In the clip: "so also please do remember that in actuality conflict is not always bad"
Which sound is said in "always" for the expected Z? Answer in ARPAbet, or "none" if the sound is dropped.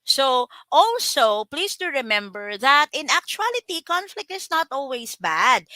S